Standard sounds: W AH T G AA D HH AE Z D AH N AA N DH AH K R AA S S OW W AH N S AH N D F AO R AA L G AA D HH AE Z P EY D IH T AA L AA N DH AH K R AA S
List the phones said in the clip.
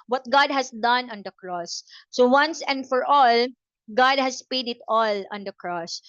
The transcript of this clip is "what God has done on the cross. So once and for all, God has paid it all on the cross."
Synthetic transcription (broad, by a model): W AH T G AA D HH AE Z D AH N AA N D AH K R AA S S OW W AH N S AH N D F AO R AA L G AA D HH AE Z P EY D IH T AA L AA N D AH K R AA S